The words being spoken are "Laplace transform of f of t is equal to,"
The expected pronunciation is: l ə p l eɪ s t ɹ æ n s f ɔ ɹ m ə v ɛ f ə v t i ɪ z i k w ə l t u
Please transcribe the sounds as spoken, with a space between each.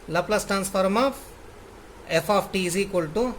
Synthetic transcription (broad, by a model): l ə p l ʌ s t ɹ æ n s f ɔ ɹ m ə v ɛ f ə f t i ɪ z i k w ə l t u